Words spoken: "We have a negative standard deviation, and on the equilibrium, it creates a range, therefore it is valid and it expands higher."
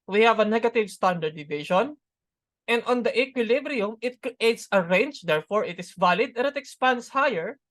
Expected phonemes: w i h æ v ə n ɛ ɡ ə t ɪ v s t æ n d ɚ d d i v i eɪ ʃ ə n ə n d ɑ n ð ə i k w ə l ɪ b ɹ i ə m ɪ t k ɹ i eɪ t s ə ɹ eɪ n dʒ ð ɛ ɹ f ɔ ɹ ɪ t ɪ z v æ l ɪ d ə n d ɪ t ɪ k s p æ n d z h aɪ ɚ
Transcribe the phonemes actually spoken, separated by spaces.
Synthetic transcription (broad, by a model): w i h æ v ə n ɛ ɡ ə t ɪ v s t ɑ n d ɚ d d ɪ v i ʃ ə n ə n d ɑ n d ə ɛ k w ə l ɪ b ɹ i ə m ɪ t k ɹ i eɪ t s ə ɹ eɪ n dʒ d ɛ ɹ f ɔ ɹ ɪ t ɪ s v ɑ l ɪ d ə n ɪ t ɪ k s p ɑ n d s h aɪ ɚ